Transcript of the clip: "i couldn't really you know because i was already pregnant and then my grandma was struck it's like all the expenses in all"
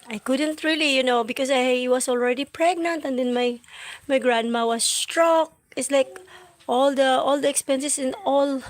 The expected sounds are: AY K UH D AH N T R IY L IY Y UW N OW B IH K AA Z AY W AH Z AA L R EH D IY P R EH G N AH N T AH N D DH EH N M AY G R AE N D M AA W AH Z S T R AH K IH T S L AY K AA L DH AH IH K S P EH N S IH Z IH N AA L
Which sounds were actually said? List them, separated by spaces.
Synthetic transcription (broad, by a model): AY K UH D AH N T R IY L IY Y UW N OW B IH K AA S AY W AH S AA L R EH D IY P R EH G N AH N T AH N D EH N M AY G R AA N D M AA W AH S T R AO K IH T S L AY K AA L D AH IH K S P EH N S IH S IH N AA L